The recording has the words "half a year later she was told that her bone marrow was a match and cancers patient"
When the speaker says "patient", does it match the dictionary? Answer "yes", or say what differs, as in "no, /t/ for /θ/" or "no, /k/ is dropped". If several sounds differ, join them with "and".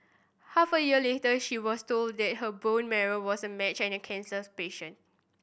no, /t/ is dropped